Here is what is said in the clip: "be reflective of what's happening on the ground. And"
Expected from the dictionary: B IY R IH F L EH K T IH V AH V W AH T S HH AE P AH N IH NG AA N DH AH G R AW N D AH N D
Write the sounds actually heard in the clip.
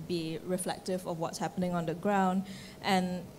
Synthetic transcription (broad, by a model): B IY R IH F L EH K T IH V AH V W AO T S HH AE P AH N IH NG AA N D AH G R AW N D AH N